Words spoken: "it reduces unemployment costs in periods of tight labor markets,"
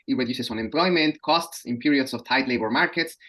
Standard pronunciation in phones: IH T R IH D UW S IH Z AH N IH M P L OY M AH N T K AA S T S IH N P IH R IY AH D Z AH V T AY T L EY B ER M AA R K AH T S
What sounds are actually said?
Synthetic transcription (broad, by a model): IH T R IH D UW S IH S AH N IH M P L OY M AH N T K AA S T S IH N P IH R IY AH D S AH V T AY T L EY B ER M AA R K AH T S